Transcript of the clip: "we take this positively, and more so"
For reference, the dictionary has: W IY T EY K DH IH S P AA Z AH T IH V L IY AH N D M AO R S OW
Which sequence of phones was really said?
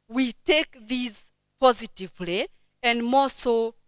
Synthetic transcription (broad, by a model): W IY T EY K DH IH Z P AA Z AH T IH V L IY AH N D M AO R S OW